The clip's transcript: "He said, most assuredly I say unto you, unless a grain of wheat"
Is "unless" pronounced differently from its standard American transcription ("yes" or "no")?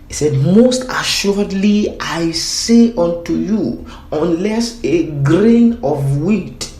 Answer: no